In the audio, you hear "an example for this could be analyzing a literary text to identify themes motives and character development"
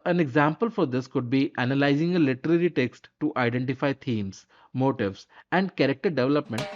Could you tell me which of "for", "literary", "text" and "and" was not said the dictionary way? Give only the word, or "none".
none